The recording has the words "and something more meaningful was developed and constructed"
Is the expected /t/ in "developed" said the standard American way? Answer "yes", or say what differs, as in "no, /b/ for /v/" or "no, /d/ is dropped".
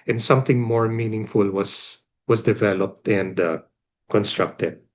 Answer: yes